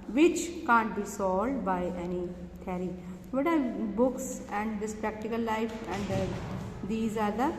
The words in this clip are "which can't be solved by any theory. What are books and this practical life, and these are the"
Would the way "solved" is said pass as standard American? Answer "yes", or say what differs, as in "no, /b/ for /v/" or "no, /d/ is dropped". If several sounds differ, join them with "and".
no, /v/ is dropped